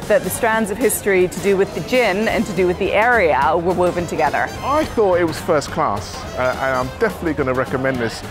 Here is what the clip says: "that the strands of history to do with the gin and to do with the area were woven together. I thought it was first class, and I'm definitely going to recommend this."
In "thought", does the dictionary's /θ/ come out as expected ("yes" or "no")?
yes